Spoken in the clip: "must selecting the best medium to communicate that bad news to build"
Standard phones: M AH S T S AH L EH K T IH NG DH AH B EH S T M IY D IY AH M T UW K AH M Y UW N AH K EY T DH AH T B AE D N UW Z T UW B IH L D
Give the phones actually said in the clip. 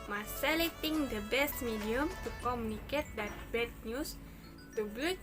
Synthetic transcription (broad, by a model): M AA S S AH L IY T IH NG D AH B EH S T M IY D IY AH M T UW K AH M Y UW N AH K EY T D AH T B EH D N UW S T UW B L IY